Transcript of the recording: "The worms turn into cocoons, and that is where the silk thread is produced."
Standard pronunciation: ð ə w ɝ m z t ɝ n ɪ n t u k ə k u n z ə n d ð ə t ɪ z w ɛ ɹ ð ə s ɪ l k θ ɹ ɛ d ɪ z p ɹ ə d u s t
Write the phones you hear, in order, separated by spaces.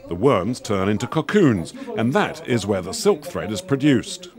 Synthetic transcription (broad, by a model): ð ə w ɝ m z t ɝ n ɪ n t u k ə k u n z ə n ð ə t ɪ z w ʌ ɹ ð ə s ɪ l k θ ɹ ɛ d ɪ z p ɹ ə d u s t